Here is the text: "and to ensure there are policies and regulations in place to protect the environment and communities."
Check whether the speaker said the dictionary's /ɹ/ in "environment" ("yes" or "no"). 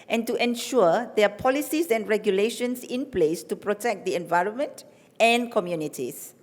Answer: yes